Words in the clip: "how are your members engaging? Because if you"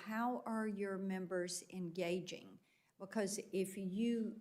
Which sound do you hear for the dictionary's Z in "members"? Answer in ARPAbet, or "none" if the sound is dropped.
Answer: Z